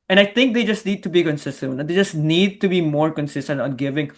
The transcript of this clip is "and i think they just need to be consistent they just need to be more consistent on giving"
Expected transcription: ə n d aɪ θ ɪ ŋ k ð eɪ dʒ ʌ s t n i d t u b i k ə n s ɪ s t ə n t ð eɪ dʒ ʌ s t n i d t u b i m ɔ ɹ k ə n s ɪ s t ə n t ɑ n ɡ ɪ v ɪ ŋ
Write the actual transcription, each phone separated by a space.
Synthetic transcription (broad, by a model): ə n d aɪ t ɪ ŋ k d eɪ dʒ ʌ s t n i d t u b i k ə n s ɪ s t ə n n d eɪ dʒ ʌ s t n i d t u b i m ɔ ɹ k ə n s ɪ s t ə n t ɑ n ɡ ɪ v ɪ ŋ